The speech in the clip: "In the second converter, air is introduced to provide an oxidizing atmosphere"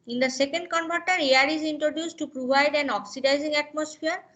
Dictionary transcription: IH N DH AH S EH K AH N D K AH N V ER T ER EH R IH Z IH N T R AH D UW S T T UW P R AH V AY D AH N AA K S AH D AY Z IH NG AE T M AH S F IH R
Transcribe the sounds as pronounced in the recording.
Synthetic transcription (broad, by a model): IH N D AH S EH K AH N D K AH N B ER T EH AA R IH Z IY N T R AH D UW S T T UW P R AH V AY D AH N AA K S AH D AY Z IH NG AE T M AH S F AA R